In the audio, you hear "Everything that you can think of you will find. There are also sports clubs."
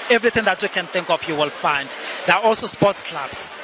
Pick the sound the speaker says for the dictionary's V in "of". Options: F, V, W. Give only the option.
F